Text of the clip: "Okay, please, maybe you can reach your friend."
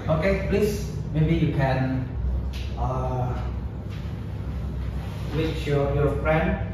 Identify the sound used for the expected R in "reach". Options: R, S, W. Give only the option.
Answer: W